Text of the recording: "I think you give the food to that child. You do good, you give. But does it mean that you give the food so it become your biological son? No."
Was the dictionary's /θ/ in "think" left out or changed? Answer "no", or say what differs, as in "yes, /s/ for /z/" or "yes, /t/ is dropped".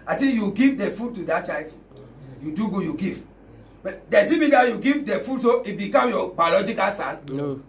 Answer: yes, /t/ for /θ/